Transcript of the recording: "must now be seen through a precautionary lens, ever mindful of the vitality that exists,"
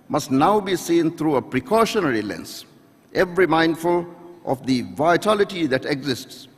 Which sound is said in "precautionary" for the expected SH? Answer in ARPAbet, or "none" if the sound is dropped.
SH